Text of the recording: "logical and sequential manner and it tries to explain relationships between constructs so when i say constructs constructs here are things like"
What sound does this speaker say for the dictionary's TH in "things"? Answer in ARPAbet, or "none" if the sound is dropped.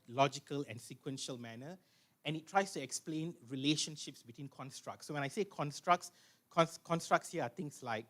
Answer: T